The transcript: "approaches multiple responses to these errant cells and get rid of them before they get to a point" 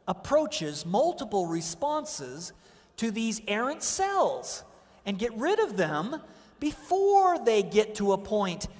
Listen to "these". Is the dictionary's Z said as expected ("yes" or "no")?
yes